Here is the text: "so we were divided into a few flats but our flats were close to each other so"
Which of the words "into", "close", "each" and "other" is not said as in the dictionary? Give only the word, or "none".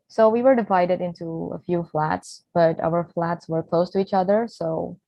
none